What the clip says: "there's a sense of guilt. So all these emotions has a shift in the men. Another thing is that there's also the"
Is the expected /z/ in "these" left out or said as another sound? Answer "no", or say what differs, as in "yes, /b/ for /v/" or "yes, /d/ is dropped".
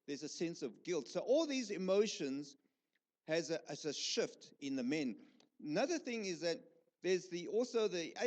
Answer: no